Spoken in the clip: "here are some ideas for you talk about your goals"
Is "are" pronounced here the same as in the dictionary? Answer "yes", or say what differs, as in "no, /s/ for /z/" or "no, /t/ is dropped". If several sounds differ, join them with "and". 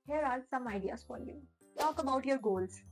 no, /l/ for /ɹ/